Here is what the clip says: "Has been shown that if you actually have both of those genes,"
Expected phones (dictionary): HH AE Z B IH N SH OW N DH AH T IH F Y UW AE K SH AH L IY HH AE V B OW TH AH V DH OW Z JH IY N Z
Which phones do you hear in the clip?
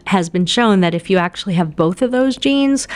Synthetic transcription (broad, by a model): HH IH Z B IH N SH OW N DH AH T IH F Y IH AE K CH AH L IY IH V B OW TH AH V DH OW Z JH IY N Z